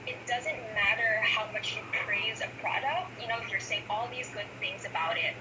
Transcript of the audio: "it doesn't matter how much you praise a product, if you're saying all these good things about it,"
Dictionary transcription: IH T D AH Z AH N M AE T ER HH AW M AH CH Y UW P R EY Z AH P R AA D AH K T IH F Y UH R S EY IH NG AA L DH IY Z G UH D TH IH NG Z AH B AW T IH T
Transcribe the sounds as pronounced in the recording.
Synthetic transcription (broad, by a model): IH T D AH Z AH N M AE T ER HH AW M AH CH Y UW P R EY Z AH P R AA D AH K T IH F Y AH R S EY IH NG AA L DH IY Z G UH D TH IH NG Z AH B AW T IH T